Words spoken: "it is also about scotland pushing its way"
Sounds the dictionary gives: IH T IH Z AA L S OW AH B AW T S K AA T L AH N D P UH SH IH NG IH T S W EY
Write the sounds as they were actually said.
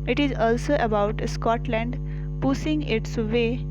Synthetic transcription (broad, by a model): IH T IH Z AA L S OW AH B AW T S K AA T L AH N D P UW S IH NG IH T S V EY